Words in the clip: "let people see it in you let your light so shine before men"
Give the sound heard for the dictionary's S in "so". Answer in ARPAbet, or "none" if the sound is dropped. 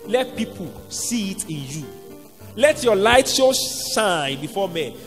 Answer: SH